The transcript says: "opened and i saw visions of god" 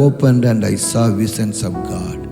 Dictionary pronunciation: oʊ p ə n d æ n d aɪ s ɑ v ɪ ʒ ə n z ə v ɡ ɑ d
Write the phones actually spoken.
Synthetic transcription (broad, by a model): oʊ p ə n d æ n d aɪ s ɑ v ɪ s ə n s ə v ɡ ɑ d